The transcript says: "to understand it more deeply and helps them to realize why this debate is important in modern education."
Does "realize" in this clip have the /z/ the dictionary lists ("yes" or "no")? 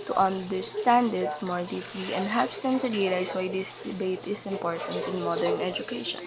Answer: no